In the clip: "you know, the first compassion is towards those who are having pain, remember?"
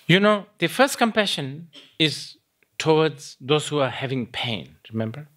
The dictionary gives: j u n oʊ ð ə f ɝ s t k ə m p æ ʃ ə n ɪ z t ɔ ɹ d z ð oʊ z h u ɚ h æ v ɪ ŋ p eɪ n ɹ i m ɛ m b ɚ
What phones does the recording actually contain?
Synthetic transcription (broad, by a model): j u n oʊ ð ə f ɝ s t k ə m p æ ʃ ə n ɪ z t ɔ w d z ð oʊ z h u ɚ h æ v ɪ ŋ p eɪ n ɹ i m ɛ m b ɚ